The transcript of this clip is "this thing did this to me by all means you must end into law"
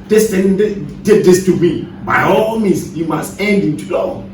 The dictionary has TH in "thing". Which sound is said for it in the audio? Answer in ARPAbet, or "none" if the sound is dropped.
T